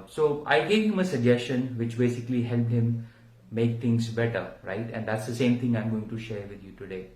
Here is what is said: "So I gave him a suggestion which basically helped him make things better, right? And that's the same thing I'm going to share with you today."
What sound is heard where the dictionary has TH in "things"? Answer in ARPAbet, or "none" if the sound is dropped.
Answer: T